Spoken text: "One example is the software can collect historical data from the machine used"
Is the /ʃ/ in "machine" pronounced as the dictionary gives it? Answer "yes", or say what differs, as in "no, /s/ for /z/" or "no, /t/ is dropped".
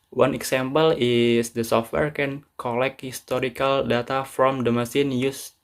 no, /s/ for /ʃ/